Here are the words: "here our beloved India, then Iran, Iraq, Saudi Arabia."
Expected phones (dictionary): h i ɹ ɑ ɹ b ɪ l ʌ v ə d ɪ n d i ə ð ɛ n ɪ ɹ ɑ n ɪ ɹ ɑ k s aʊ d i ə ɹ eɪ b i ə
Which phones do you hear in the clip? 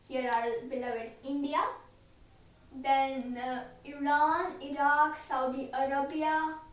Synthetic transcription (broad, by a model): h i ɹ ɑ l b ɪ l ʌ v ə d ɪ n d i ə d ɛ n ɪ ɹ ɑ n ɪ ɹ ɑ k s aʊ d i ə ɹ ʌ b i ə